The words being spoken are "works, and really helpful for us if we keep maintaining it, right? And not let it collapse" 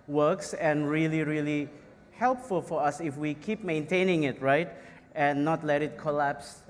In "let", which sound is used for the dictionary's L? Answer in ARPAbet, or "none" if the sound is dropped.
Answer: L